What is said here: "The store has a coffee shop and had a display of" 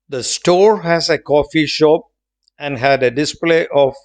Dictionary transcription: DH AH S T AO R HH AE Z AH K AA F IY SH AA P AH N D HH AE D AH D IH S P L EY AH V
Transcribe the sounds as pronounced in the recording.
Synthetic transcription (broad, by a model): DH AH S T AO R HH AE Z AH K AA F IY SH AA P AH N D HH AE D AH D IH S P L EY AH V